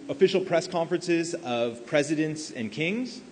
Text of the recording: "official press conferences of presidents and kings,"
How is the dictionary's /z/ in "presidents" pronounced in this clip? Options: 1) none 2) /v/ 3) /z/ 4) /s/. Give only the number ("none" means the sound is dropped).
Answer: 3